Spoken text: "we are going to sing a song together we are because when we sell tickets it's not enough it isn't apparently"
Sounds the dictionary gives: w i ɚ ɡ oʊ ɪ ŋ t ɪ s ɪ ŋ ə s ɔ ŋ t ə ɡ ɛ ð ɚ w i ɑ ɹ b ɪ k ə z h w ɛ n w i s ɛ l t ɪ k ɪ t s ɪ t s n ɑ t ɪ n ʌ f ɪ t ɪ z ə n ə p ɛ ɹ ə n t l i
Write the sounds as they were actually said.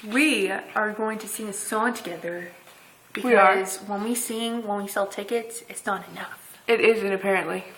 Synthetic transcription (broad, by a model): w i ɚ ɡ oʊ ɪ ŋ t ɪ s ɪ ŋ ə s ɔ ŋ t ə ɡ ɛ ð ɚ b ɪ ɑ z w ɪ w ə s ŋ w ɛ n w i s ɛ l t ɪ k ɪ t ɪ t s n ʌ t ɪ n ʌ f ɪ t ɪ z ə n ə p ɛ ɹ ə n t l i